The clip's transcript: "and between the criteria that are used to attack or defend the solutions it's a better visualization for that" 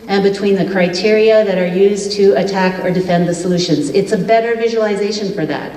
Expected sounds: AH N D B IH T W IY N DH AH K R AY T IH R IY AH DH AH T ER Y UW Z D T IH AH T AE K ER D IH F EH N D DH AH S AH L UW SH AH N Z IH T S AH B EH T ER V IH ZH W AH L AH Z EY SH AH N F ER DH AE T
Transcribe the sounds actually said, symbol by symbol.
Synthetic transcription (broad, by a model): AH N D B IH T W IY N DH AH K R AY T IH R IY AH DH AH T ER Y UW Z T IH AH T AE K ER D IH F EH N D DH AH S AH L UW SH AH N Z IH T S AH B EH T ER V IH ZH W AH L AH Z EY SH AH N F ER DH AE T